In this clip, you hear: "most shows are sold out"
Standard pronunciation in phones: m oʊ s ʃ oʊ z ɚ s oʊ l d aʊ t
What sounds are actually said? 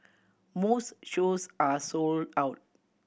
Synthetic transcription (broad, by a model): m oʊ s ʃ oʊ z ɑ s oʊ l d aʊ t